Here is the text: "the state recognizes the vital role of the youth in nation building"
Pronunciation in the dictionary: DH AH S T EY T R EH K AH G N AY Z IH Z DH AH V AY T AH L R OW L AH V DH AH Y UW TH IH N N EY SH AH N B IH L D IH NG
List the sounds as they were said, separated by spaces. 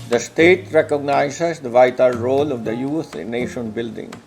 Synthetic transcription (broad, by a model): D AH S T EY T R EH K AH G N AY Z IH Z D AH V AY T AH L R OW L AH V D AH Y UW T IH N N EY SH AH N B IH L D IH NG